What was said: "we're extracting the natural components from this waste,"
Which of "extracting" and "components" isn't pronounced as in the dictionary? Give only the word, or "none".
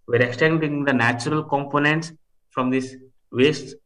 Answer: extracting